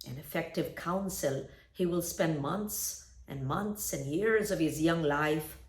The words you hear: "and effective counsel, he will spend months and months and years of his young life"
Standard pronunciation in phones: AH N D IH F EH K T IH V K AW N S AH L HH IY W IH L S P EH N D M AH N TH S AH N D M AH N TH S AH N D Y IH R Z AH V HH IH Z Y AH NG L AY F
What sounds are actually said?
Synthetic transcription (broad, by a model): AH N IH F EH K T IH V K AW N S AH L HH IY W IH L S P EH N D M AH N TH S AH N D M AH N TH S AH N Y IH R Z AH V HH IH Z Y AH NG L AY F